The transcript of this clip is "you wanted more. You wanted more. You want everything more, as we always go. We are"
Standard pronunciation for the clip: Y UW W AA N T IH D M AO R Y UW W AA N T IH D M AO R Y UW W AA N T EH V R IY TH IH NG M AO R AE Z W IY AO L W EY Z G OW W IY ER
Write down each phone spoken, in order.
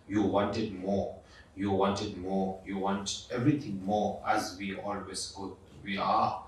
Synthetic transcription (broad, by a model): Y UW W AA N T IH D M AO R Y UW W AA N T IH D M AO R Y UW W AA N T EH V R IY T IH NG M AO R AE Z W IY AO L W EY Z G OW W IY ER